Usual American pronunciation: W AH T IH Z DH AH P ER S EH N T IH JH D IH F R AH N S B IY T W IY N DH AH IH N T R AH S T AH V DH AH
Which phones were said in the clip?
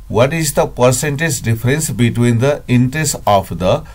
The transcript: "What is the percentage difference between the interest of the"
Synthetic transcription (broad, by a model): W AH T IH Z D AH P ER S EH N T IH JH D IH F R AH N S B IY T W IY N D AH IH N T R AH S T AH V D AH